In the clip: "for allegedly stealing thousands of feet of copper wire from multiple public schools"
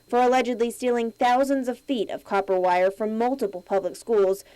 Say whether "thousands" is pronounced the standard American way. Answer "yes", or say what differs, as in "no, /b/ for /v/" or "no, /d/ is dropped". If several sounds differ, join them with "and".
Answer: yes